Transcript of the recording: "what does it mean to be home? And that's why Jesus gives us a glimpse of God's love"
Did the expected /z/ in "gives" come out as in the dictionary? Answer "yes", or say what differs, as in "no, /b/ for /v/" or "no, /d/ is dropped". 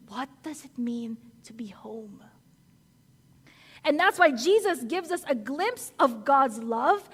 yes